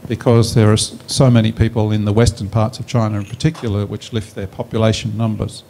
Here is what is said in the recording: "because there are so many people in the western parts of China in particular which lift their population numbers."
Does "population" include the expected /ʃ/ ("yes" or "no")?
no